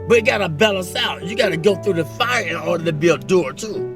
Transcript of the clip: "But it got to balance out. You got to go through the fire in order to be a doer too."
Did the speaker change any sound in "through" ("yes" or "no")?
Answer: no